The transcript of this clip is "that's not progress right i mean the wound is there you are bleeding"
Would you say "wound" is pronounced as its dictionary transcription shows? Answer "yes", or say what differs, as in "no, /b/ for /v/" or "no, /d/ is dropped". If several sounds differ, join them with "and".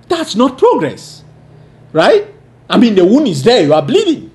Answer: no, /d/ is dropped